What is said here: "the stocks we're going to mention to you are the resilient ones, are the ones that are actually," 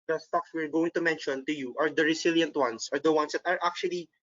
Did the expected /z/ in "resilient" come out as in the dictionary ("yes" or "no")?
no